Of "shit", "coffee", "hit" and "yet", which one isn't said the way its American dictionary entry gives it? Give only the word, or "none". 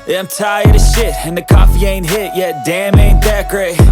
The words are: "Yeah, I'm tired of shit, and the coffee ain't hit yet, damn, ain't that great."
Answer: none